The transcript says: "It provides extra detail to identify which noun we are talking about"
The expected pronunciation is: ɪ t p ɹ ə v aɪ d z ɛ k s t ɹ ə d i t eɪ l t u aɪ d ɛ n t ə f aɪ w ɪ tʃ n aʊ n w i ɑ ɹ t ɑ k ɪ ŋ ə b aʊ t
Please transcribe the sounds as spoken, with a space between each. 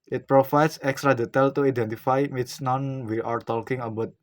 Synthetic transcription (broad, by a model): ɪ t p ɹ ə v aɪ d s ɛ k s t ɹ ə d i t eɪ l t u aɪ d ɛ n t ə f aɪ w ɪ s n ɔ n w i ɑ ɹ t ɑ k ɪ ŋ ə b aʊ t